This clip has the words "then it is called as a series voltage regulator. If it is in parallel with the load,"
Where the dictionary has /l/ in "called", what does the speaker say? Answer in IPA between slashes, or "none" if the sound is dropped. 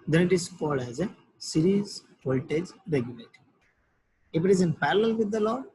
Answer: none